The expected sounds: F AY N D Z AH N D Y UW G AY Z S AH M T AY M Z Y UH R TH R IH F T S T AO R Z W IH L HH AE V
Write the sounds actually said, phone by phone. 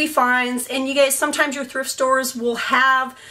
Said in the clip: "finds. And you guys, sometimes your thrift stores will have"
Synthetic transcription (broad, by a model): F AY N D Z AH N Y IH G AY S AH M T AY M Z Y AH R TH R IH F T S T AO R Z W IH L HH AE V